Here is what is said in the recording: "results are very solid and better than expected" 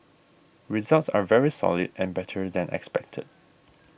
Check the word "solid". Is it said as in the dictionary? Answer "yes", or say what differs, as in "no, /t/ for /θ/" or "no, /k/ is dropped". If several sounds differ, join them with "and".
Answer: yes